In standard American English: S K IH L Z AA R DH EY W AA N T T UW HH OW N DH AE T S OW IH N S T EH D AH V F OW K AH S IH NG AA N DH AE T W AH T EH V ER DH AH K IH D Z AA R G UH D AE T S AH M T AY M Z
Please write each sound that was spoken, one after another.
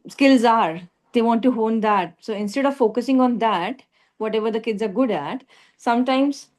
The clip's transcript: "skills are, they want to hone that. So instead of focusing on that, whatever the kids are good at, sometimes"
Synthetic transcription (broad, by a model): S K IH L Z AA R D EY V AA N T T UW HH OW N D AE T S OW IH N S T EH D AH V F OW K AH S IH NG AA N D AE T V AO T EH V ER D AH K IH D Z AA R G UH D AE T S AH M T AY M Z